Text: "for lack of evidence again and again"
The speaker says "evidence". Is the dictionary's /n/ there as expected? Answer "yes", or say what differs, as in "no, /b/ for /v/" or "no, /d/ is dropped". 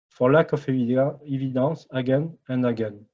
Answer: no, /n/ is dropped